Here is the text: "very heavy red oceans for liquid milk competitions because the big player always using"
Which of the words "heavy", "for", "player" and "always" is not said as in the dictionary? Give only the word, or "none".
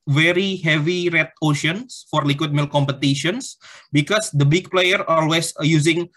always